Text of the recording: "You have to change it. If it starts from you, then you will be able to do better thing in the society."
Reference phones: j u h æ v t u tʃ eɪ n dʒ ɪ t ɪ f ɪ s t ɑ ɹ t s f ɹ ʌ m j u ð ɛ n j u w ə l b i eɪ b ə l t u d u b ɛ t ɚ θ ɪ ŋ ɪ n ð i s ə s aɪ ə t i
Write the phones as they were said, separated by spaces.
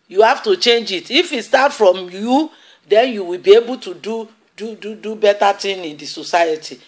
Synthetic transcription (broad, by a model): j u h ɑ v t u tʃ eɪ n dʒ ɪ t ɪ f ɪ s t ɑ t f ɹ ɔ m j u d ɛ n j u w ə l b i eɪ b ə l t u d u b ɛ t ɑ t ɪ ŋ ɪ n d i s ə s aɪ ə t i